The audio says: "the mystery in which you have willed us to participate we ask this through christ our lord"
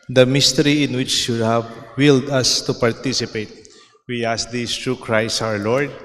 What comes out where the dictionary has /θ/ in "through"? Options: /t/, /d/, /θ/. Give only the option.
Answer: /t/